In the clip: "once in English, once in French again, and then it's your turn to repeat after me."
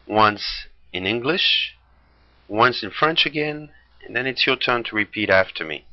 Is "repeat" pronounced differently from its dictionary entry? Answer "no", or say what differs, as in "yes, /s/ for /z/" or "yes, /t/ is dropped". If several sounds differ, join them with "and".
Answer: no